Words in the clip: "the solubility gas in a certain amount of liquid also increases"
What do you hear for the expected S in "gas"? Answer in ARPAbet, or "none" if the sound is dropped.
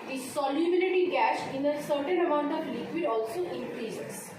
SH